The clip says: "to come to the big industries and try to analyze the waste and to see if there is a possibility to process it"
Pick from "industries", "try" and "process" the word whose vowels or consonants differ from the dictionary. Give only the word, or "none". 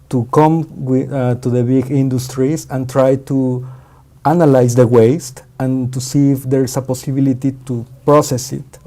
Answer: industries